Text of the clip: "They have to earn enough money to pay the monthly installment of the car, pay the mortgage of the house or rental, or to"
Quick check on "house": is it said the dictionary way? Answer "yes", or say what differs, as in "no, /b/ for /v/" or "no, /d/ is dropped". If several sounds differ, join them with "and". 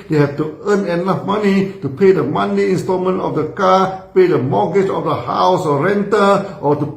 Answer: yes